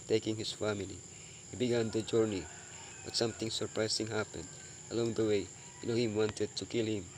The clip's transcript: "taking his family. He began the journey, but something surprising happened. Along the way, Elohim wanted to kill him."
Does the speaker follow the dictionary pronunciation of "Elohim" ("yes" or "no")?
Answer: no